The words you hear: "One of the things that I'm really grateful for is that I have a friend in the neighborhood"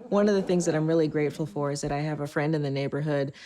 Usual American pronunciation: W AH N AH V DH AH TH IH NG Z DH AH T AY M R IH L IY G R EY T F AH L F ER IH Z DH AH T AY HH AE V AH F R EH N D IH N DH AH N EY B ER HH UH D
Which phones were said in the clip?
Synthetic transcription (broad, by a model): W AH N AH V DH AH TH IH NG Z DH AH T AY M R IH L IY G R EY T F L F ER IH Z DH AH T AY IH V AH F R EH N D IH N DH AH N EY B ER HH UH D